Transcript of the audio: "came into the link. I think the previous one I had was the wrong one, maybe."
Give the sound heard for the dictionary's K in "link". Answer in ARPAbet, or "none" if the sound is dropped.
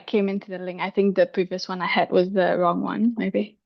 none